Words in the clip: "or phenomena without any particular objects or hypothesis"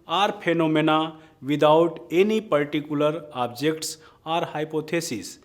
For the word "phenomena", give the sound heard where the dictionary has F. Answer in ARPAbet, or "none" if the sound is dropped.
P